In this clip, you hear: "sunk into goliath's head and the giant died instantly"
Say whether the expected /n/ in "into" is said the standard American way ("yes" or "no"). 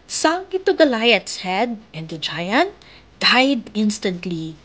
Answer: no